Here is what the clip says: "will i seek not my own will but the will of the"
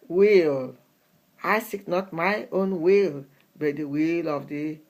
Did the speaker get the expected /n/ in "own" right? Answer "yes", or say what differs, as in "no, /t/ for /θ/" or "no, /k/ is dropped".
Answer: yes